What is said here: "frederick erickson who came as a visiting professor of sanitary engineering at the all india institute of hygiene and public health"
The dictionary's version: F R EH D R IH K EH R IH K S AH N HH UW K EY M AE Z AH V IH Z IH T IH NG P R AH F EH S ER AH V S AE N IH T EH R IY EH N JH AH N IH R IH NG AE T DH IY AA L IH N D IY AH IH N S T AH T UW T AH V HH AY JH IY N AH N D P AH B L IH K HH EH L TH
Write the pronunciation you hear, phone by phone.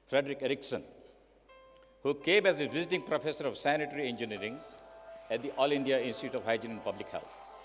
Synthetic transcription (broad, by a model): F R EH D R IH K EH R IH K S AH N HH UW K EY M AE Z AH V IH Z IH T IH NG P R AH F EH S ER AH V S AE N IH T R IY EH N JH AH N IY R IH NG AE T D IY AA L IH N D IY AH IH N S T AH T UW T AH V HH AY JH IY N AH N P AH B L IH K HH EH L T